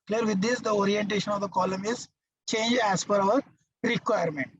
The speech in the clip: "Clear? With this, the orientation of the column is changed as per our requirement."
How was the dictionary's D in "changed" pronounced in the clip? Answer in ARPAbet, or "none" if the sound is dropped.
none